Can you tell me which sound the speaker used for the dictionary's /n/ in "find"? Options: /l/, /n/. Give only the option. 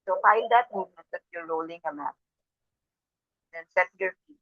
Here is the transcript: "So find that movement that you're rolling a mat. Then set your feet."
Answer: /l/